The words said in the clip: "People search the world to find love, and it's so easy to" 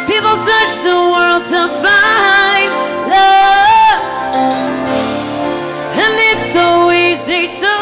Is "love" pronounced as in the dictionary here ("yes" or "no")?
no